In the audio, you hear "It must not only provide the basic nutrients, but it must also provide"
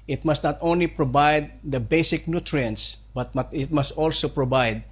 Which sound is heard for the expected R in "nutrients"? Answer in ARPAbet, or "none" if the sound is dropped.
R